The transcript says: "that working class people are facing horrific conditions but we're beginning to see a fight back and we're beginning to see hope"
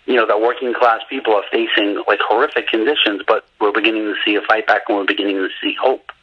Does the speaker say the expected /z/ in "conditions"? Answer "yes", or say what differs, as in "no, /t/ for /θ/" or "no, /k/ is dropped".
yes